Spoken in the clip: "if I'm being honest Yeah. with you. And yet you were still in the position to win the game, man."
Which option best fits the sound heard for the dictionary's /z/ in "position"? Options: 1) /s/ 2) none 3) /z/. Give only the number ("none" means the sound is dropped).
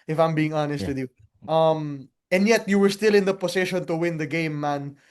1